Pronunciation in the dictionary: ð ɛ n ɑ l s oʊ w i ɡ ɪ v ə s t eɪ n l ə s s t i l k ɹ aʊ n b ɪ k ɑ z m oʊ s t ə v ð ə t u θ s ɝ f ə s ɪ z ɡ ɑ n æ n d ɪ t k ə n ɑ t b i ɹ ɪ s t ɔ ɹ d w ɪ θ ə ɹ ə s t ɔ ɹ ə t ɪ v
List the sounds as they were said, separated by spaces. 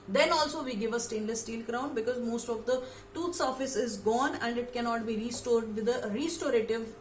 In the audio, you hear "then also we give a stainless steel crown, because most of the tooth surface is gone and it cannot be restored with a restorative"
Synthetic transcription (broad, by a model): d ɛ n ɑ l s oʊ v i ɡ ɪ v ə s t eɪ n l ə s s t i l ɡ ɹ aʊ n b ɪ k ɑ z m oʊ s t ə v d ə t u t s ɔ f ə s ɪ z ɡ ɑ n æ n d ɪ t k ə n ɑ t b i ɹ ɪ s t ɔ ɹ d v ɪ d ə ɹ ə s t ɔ ɹ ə t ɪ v